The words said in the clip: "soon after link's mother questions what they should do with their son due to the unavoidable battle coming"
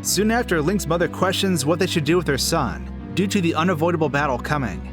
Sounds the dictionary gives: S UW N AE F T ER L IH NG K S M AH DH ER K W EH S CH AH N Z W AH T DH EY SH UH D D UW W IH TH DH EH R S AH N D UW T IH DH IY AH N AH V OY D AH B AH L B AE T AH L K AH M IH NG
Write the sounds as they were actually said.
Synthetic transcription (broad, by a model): S UW N AE F T ER L IH NG K S M AH DH ER K W EH S CH AH N Z W AH T DH EY SH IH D D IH W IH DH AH R S AH N D UW T IH DH IY AH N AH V OY D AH B L B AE T L K AH M IH NG